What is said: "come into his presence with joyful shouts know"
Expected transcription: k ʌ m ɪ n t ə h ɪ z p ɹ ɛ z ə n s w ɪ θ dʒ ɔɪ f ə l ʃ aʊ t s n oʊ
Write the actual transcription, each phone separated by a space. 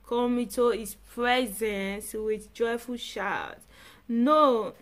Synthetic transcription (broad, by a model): k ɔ m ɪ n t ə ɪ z p ɹ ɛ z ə n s w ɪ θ dʒ ɔɪ f ə l ʃ aʊ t n oʊ